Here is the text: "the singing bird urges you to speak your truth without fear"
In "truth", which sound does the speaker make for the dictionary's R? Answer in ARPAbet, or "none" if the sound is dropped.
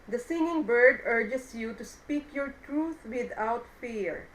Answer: R